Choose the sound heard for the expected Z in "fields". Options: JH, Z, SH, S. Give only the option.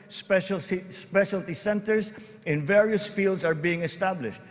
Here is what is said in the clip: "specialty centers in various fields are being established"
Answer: S